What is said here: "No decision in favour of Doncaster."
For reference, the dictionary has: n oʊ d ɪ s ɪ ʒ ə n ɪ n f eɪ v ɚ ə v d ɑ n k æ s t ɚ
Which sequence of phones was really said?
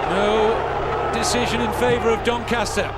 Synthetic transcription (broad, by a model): n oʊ d ɪ s ɪ ʒ ə n ɪ n f eɪ v ɚ ə v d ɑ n k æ s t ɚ